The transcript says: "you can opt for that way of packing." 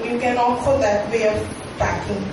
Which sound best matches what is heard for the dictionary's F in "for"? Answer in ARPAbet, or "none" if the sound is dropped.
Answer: P